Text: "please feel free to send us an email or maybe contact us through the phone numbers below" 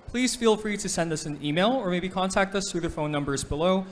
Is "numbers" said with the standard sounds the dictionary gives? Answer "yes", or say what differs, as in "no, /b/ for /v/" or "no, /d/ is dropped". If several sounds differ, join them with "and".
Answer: yes